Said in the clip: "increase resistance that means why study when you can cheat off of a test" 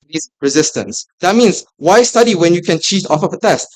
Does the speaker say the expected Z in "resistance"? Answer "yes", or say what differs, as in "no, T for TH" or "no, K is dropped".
yes